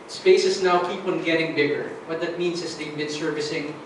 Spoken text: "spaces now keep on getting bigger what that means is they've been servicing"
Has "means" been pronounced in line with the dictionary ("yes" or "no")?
no